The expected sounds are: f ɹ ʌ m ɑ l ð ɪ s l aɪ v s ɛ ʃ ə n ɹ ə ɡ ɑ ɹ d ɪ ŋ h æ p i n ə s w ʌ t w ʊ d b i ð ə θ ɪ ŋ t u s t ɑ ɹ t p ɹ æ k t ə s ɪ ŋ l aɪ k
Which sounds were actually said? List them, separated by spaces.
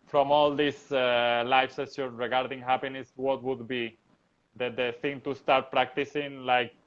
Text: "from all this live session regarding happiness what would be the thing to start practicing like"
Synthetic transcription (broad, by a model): f ɹ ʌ m ɑ l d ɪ s l aɪ f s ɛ s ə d ɹ ə ɡ ɑ ɹ d ɪ ŋ h æ p i n ə s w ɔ t w ʊ d b i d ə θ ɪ ŋ t u s t ɑ ɹ t p ɹ æ k t ə s ɪ ŋ l aɪ k